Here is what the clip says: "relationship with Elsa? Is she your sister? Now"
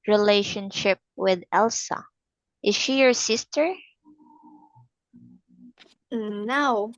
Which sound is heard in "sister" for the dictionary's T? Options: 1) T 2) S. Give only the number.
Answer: 1